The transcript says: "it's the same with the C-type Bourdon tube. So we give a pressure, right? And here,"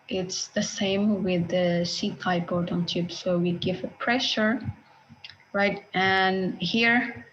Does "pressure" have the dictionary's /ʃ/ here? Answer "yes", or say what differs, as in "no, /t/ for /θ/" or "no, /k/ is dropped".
yes